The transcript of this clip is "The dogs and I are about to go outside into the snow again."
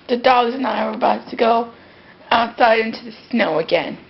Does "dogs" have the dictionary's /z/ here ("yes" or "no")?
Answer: yes